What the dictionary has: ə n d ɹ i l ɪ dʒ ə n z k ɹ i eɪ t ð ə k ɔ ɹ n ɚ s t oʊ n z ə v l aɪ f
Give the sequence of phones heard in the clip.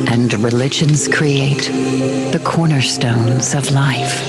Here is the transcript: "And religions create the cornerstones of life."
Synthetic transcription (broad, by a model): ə n ɹ i l ɪ dʒ ə n z k ɹ i eɪ t ð ə k ɔ ɹ n ɚ s t oʊ n z ə v l aɪ f